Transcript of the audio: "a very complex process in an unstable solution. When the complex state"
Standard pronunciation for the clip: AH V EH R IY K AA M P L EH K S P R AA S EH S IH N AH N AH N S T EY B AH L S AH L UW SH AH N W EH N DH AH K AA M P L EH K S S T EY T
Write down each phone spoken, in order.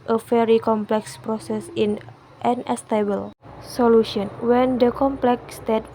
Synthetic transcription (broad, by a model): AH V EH R IY K AA M P L EH K S P R AA S EH S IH N AH N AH S T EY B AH L S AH L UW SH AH N W EH N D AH K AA M P L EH K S S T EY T